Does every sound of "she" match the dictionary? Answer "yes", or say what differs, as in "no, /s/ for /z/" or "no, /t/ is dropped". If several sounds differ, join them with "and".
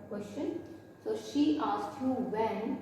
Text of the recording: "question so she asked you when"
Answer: yes